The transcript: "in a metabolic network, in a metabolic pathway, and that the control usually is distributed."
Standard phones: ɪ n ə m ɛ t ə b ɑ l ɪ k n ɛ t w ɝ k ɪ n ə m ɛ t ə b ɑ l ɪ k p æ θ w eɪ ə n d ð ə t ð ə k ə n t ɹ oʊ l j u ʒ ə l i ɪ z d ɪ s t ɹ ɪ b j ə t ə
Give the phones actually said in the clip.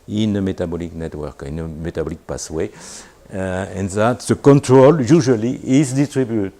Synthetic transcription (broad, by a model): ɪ n ə m ɛ t ə b ɑ l ɪ k n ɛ t w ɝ k ɪ n ə m ɛ t ə b ɑ l ɪ k p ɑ s w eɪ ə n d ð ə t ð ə k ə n t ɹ oʊ l j u ʒ ə l i ɪ z d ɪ s t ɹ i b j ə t